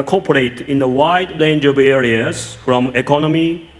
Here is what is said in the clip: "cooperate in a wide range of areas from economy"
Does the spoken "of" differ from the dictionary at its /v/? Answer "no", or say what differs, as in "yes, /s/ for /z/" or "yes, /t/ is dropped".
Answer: yes, /b/ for /v/